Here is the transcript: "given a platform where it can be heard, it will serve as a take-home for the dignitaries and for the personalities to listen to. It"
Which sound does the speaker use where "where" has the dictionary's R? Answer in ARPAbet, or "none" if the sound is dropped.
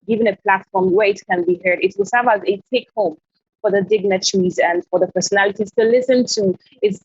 R